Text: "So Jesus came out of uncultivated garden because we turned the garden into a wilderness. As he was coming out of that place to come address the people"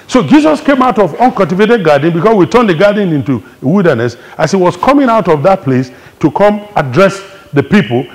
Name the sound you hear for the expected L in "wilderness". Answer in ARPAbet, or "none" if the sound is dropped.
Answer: L